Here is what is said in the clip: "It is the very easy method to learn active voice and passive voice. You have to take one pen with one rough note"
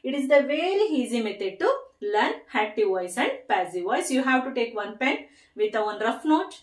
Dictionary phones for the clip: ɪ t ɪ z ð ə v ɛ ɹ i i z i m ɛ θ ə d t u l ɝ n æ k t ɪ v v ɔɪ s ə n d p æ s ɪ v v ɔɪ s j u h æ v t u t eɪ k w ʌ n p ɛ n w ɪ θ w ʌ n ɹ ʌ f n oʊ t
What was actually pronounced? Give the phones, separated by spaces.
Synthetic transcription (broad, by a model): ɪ t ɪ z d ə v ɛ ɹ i i z i m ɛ t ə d t u l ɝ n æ t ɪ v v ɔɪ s ə n d p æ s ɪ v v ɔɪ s j u h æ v t u t eɪ k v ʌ n p ɛ n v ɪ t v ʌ n ɹ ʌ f n oʊ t